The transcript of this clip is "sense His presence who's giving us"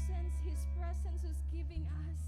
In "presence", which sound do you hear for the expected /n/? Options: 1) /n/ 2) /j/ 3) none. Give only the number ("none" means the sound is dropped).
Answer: 1